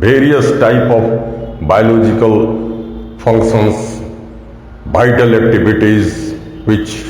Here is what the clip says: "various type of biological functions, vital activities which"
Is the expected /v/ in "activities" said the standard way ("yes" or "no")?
no